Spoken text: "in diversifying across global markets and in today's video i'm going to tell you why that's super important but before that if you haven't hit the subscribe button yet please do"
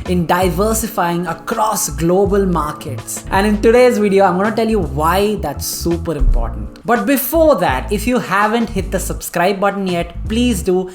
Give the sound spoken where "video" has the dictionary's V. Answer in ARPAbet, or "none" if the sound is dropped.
V